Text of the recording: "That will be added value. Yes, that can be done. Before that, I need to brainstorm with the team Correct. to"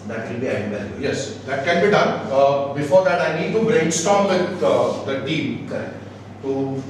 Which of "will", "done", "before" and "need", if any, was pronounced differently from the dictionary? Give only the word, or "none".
will